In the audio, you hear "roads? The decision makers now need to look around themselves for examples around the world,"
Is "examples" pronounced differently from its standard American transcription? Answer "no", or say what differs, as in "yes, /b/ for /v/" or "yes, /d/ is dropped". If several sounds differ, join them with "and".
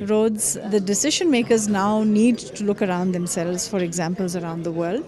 no